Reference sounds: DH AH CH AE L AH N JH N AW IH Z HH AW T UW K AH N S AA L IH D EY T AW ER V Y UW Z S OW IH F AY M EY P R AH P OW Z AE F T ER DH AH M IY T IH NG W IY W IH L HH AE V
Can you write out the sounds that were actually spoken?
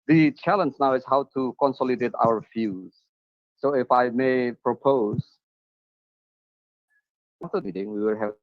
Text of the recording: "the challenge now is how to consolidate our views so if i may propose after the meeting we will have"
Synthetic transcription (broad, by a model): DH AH CH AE L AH N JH N AW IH S HH AW T UW K AH N S AA L IH D EY T AW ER F Y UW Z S OW IH F AY M EY P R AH P OW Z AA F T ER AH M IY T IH NG W IY W IH L HH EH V